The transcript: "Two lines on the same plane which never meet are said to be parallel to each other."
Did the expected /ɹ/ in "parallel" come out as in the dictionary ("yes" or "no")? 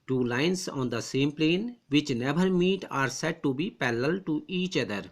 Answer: no